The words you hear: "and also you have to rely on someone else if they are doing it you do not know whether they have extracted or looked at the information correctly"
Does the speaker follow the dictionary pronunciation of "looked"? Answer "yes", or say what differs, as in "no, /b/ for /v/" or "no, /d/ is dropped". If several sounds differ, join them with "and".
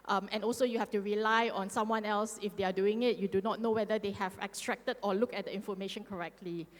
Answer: no, /t/ is dropped